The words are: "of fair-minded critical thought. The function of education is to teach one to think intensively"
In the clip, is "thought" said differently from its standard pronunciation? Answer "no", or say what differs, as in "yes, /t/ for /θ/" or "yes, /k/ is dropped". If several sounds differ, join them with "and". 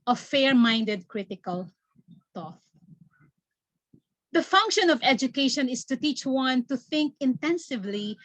yes, /t/ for /θ/